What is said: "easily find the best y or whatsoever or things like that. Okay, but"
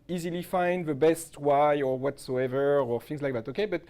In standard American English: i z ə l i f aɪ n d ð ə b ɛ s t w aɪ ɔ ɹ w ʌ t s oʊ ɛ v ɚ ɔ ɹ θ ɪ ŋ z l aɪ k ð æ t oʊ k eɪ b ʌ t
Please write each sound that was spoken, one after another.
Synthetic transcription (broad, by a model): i z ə l i f aɪ n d ð ə b ɛ s t w aɪ ɔ ɹ w ʌ t s oʊ ɛ v ɚ ɔ ɹ θ ɪ ŋ z l aɪ k ð æ t oʊ k eɪ b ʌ t